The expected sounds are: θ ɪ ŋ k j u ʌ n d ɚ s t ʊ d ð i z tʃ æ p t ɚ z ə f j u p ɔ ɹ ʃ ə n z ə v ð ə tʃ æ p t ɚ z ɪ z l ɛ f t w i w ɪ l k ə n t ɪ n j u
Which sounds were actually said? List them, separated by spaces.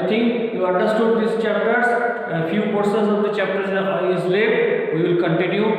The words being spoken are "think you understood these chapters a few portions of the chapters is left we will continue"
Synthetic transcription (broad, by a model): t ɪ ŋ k j u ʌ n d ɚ s t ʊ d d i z tʃ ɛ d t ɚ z ə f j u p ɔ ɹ s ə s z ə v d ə tʃ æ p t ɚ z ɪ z l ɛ t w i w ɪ l k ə n t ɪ n j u